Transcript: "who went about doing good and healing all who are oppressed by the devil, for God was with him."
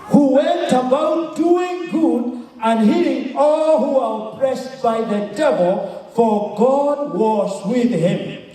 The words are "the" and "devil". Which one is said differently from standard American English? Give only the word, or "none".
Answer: none